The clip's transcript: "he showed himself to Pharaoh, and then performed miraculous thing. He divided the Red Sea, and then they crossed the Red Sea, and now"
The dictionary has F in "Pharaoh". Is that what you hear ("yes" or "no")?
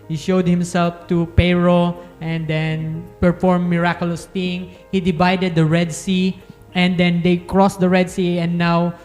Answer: no